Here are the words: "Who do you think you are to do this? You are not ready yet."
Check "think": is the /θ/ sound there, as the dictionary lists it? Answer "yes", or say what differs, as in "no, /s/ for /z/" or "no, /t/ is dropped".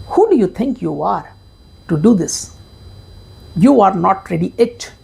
no, /t/ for /θ/